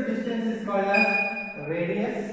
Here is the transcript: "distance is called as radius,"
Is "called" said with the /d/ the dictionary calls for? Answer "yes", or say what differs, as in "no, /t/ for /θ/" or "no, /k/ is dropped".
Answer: no, /d/ is dropped